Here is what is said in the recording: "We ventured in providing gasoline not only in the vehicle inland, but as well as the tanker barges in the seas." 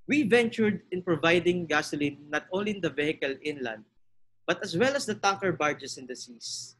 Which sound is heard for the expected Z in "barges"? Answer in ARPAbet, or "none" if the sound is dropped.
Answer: S